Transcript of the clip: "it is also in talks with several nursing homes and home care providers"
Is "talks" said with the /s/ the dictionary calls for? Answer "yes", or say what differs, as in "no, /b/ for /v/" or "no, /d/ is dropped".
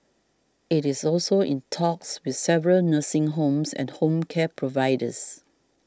yes